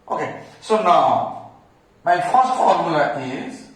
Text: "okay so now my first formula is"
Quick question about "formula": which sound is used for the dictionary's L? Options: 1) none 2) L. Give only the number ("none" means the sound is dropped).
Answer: 1